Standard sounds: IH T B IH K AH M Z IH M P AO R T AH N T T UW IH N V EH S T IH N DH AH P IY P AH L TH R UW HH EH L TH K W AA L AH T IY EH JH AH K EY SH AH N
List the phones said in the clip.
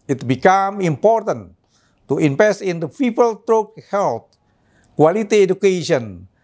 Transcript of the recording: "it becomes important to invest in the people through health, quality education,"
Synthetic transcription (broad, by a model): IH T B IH K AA M IH M P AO R T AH N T T UW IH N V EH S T IH N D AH P IY P AH L T R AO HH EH L T K W AA L AH T IY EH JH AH K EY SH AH N